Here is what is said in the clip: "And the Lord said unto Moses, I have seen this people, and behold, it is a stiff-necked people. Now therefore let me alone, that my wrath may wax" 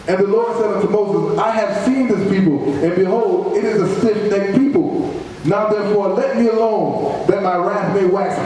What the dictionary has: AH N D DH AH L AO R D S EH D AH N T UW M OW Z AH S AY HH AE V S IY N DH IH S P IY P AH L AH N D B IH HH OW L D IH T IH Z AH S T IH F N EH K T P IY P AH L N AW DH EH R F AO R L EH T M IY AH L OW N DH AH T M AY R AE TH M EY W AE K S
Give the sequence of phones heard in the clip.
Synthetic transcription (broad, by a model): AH N DH AH L AO R D S EH D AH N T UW M OW Z AH S AY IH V S IY N DH IH S P IY P L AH N B IH HH OW L D IH T IH Z AH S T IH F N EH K P IY P L N AW DH EH R F AO R L EH T M IY AH L OW N DH AH T M AY R AE TH M EY W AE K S